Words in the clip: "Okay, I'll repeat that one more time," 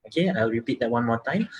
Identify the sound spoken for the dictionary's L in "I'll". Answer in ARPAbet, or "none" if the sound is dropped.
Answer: W